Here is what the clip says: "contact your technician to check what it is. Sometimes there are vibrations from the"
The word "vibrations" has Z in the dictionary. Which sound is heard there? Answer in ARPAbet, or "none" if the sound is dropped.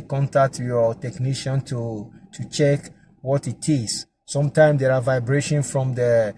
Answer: none